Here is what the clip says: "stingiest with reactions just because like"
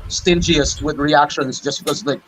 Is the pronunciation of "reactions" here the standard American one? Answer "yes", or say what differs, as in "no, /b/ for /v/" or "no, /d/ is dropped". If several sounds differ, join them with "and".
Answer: yes